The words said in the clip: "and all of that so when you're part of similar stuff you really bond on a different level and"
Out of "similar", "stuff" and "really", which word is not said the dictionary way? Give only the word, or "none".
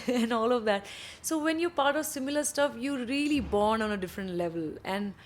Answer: none